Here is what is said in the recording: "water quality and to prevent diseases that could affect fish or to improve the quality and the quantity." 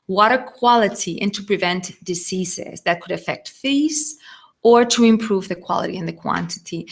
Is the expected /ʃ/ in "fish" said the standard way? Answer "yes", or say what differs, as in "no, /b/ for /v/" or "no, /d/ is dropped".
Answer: no, /s/ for /ʃ/